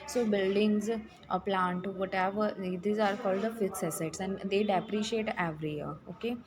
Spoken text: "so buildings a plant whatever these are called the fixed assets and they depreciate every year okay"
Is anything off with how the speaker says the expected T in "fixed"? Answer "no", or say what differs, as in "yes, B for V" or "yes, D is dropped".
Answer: yes, T is dropped